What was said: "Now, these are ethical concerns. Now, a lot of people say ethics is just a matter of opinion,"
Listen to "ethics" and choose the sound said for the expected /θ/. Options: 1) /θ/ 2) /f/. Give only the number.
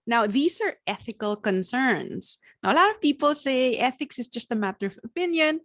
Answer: 1